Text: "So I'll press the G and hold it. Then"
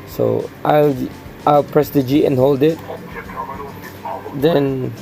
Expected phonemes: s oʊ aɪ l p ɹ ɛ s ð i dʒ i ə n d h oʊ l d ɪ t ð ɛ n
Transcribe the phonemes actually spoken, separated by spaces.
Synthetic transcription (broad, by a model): s oʊ aɪ l p ɹ ɛ s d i dʒ i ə n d h oʊ l d ɪ t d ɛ n